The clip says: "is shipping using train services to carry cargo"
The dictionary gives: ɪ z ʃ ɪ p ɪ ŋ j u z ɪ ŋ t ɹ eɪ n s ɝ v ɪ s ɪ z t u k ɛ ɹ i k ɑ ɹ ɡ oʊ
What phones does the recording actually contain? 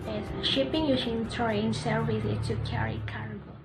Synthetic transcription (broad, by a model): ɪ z ʃ ɪ p ɪ ŋ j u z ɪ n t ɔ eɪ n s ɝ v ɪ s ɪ t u k ɛ ɹ i k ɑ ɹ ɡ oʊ